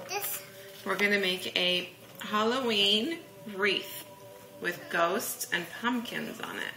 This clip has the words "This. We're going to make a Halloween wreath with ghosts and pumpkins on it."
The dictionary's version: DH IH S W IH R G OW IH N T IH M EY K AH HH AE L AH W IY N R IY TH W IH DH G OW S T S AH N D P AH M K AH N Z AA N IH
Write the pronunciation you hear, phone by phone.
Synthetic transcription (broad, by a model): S W IH R G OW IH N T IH M EY K AH HH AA L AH W IY N R IY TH W IH DH G OW S T S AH N P AH M K AH N Z N IH